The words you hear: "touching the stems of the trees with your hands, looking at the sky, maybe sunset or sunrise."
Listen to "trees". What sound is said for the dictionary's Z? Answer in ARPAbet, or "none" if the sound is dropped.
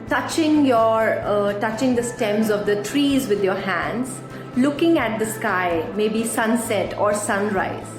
Z